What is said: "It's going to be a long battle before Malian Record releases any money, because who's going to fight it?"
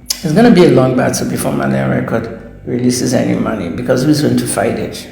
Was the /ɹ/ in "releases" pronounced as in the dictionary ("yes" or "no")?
yes